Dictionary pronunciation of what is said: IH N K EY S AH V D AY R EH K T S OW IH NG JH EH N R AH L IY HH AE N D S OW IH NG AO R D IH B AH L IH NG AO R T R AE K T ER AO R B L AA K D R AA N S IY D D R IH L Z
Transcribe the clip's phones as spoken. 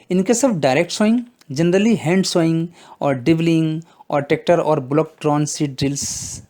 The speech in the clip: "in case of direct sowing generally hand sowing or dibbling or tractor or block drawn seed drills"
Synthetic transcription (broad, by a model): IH N K EY S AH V D AY R EH K T S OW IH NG JH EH N R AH L IY HH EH N D S OW IH NG AO R D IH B L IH NG AO R T EH K T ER AO R B L AA K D R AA N S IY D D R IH L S